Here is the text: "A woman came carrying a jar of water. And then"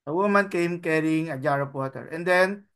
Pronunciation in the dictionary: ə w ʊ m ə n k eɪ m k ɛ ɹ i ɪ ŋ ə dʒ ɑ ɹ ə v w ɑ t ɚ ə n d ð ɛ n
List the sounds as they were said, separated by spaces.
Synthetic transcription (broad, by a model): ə w ʊ m ə n k eɪ m k ɛ ɹ i ɪ ŋ ə dʒ ɑ ɹ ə p w ɑ t ɚ ə n d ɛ n